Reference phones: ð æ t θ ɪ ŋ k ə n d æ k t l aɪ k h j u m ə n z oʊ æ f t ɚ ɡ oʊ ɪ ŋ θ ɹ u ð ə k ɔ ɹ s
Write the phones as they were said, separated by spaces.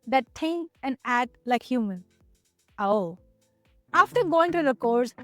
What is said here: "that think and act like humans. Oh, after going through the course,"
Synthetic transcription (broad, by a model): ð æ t t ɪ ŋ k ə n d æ t l aɪ k h j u m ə n oʊ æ f t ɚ ɡ oʊ ɪ ŋ t ɹ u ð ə k ɔ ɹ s